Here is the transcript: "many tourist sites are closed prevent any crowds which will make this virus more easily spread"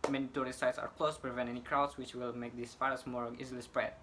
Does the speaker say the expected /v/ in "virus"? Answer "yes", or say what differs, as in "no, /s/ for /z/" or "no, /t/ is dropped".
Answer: no, /f/ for /v/